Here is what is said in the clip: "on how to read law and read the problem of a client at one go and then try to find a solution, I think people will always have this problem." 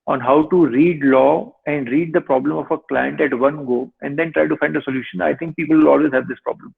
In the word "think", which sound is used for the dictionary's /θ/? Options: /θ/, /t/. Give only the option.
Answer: /t/